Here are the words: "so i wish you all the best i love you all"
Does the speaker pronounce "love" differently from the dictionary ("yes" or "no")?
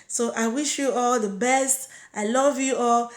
no